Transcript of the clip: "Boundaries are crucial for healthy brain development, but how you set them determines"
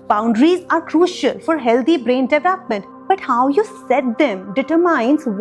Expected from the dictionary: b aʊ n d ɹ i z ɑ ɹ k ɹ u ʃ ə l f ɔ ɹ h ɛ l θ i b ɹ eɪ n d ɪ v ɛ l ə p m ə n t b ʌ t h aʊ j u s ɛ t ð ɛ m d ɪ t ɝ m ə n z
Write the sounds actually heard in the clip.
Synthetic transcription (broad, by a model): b aʊ n d ɹ i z ɑ ɹ k ɹ u ʃ ə l f ɔ ɹ h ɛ l t i b ɹ eɪ n d ɪ v ɛ l ə p m ə n t b ʌ t h aʊ j u s ɛ t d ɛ m d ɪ t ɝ m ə n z